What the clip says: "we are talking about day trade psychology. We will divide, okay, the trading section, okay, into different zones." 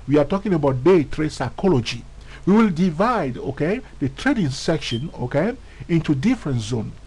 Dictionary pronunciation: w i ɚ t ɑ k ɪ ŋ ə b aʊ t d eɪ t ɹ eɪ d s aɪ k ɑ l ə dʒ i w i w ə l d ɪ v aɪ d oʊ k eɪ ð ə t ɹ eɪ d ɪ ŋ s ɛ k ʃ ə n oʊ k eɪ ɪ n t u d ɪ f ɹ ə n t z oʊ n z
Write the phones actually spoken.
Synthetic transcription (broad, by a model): w i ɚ t ɑ k ɪ ŋ ə b aʊ t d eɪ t ɹ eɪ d s aɪ k ɑ l ə dʒ i w i w ə l d ɪ v aɪ d oʊ k eɪ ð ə t ɹ eɪ d ɪ ŋ s ɛ k ʃ ə n oʊ k eɪ ɪ n t u d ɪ f ɹ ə n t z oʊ n